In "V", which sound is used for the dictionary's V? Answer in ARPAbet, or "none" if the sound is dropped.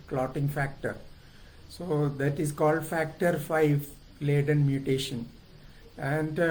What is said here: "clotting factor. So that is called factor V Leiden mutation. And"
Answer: F